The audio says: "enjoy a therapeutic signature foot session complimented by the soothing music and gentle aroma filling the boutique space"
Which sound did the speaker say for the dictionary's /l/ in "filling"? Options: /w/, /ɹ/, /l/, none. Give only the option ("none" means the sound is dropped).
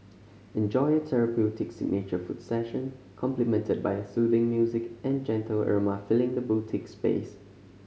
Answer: /l/